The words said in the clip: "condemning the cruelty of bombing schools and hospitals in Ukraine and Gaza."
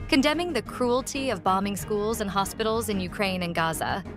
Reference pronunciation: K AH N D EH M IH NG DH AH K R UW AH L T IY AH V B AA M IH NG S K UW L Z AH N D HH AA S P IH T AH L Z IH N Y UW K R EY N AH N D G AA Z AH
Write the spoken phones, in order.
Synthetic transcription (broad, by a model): K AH N D EH M IH NG DH AH K R UW AH L T IY AH V B AA M IH NG S K UW L Z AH N HH AA S P IH T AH L Z IH N Y UW K R EY N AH N G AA Z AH